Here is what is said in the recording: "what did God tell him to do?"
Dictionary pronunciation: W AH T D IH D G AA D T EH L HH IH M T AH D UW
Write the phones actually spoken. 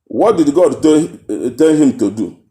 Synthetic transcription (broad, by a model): W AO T D IH D G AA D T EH N HH IH M T AH D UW